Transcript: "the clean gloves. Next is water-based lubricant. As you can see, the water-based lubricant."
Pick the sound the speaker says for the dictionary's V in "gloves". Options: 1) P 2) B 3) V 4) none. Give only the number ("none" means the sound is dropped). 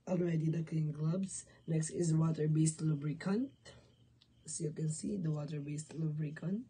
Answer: 2